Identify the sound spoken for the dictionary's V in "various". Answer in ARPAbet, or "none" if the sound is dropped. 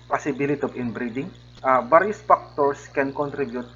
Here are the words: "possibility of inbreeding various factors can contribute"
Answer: B